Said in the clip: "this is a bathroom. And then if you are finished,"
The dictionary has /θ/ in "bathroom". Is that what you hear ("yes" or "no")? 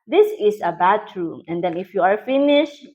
no